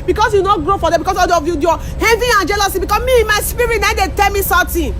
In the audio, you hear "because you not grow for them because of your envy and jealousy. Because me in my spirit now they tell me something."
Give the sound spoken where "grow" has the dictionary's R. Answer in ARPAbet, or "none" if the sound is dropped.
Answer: R